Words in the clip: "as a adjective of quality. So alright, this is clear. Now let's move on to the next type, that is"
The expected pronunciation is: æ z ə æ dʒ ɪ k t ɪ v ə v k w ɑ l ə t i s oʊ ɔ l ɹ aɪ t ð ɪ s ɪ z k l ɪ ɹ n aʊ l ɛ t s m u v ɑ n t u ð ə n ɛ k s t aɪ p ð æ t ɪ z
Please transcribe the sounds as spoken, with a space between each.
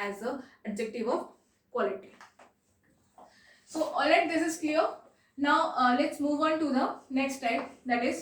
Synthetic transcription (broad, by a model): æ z ə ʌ dʒ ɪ k t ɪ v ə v k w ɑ l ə t i s oʊ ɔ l ɛ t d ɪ s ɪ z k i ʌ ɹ n aʊ l ɛ t s m u v ɑ n t u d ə n ɛ k s t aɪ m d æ t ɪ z